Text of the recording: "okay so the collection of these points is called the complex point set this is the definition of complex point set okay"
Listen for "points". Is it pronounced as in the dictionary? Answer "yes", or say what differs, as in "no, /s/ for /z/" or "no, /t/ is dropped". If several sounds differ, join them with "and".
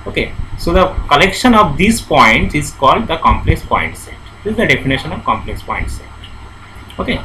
no, /s/ is dropped